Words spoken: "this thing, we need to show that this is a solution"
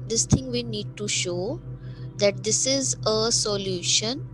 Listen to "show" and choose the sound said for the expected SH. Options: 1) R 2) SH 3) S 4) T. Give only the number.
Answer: 2